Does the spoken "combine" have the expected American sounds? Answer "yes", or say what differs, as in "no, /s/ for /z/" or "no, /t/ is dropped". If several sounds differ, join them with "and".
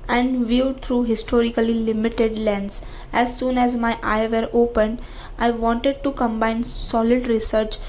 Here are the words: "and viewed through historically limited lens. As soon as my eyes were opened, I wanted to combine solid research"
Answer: yes